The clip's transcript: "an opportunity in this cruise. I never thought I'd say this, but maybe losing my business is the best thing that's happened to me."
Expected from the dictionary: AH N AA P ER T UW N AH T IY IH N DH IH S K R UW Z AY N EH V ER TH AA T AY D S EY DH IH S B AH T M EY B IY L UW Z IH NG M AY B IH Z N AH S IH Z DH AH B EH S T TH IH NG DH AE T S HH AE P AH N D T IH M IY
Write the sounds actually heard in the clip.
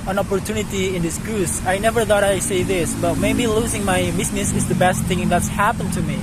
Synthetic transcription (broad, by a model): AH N AA P ER T UW N AH T IY IH N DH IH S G R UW S AY N EH V ER TH AA T AY S EY DH IH S B AH T M EY B IY L UW Z IH NG M AY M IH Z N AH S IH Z DH AH B EH S T TH IH NG DH AE T S HH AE P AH N T IH M IY